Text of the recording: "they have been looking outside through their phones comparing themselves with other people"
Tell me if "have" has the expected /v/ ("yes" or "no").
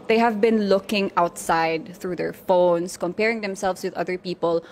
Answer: yes